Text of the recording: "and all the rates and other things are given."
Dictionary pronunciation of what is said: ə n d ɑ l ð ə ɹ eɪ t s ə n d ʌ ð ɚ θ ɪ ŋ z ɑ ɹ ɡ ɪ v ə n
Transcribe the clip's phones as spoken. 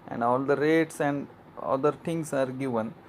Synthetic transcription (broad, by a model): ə n d ɑ l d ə ɹ eɪ t s ə n d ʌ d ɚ t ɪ ŋ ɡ ɑ ɹ ɡ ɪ v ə n